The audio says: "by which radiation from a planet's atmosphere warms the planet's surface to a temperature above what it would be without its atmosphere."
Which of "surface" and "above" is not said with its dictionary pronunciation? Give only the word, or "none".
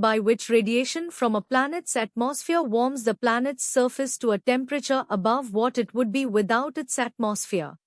none